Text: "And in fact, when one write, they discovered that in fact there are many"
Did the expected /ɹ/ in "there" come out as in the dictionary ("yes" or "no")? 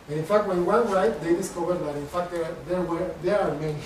no